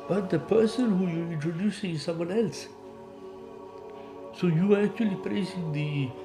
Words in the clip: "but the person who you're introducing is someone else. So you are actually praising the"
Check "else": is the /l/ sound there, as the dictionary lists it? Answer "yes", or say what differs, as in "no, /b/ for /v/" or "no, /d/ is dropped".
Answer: yes